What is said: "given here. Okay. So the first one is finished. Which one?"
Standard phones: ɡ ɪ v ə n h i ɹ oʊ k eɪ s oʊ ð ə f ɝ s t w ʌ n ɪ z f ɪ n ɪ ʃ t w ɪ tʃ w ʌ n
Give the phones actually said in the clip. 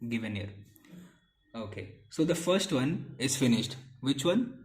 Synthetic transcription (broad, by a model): ɡ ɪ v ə n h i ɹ oʊ k eɪ s oʊ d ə f ɝ s t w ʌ n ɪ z f ɪ n ɪ ʃ t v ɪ tʃ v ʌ n